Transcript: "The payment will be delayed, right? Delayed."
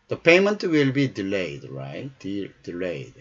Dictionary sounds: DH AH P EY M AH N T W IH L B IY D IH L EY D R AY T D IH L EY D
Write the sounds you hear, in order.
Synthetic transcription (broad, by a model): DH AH P EY M AH N T W IH L B IY D IH L EY D R AY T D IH L EY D